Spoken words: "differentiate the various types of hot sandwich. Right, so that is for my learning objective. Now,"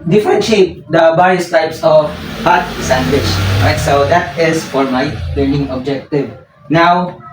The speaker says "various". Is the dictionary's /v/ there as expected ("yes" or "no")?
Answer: no